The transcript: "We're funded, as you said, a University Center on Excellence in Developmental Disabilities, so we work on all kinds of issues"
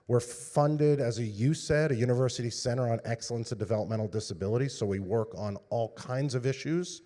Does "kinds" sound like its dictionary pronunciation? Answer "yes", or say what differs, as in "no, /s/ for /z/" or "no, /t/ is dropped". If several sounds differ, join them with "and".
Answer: yes